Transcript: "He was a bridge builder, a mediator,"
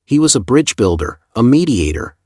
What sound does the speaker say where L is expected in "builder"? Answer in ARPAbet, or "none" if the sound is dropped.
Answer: L